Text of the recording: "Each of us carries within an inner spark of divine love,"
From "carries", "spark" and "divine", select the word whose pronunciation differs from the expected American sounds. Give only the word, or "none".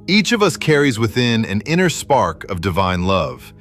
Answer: none